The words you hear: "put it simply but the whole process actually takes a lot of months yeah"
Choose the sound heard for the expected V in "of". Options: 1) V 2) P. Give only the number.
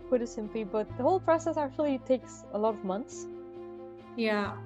1